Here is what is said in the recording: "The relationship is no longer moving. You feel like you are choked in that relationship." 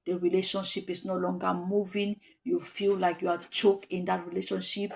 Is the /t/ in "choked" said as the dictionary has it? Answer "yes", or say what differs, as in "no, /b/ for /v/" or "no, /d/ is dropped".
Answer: no, /t/ is dropped